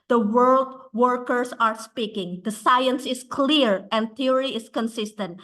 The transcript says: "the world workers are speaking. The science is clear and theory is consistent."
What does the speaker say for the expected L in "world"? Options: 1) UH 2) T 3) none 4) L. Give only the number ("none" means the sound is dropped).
4